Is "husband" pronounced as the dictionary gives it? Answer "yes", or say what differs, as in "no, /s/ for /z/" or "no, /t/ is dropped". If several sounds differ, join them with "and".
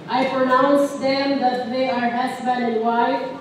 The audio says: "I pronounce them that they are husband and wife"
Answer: no, /s/ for /z/